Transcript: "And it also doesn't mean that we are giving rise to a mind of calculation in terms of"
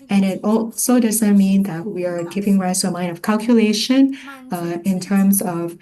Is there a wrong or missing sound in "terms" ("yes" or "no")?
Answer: no